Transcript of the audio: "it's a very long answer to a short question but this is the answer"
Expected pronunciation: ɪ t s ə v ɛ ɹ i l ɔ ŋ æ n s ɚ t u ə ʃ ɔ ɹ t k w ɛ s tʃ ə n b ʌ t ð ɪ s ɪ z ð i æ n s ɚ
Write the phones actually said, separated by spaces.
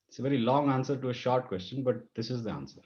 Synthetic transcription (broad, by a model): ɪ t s ə v ɛ ɹ i l ɔ ŋ æ n s ɚ t u ə ʃ ɔ ɹ t k w ɛ s tʃ ə n b ʌ t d ɪ s ɪ z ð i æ n s ɚ